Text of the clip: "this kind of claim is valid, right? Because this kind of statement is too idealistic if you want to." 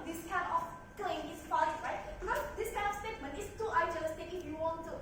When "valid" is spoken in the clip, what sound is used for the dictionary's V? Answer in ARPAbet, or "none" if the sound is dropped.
F